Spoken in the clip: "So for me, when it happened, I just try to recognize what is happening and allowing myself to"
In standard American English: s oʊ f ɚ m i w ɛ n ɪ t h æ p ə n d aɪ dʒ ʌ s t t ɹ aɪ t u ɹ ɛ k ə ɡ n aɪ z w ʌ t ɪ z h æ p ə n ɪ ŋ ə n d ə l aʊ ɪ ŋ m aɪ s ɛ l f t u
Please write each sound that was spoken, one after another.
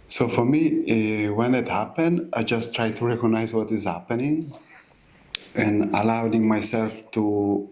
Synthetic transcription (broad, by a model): s oʊ f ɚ m i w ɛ n ɪ t h æ p ə n d aɪ dʒ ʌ s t t ɹ aɪ t u ɹ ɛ k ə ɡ n aɪ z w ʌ t ɪ z h æ p ə n ɪ ŋ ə n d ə l aʊ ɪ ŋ m aɪ s ɛ l f t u